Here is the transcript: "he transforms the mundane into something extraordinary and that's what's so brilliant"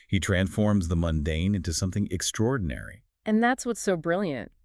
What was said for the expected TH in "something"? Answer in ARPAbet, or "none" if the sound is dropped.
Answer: TH